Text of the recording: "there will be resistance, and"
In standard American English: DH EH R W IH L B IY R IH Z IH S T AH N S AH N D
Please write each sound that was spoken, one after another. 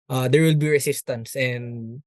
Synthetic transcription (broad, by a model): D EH R W IH L B IY R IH S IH S T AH N S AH N D